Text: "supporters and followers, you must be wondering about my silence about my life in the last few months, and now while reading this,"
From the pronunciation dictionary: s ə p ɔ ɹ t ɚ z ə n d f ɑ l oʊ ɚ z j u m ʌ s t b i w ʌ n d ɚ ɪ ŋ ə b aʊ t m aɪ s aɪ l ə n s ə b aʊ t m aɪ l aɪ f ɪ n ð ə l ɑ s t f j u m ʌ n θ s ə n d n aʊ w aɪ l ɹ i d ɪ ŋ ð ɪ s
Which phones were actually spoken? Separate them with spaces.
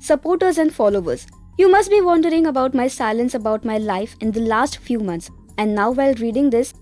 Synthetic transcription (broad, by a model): s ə p ɔ ɹ t ɚ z ə n d f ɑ l oʊ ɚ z j u m ʌ s t b i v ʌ n d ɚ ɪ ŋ ə b aʊ t m aɪ s aɪ l ə n s ə b aʊ t m aɪ l aɪ f ɪ n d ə l ɑ s t f j u m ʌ n t s ə n d n aʊ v aɪ l ɹ i d ɪ ŋ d ɪ s